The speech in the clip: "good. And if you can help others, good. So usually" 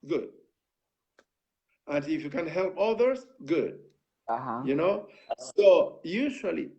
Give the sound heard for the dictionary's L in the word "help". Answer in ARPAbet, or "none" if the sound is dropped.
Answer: L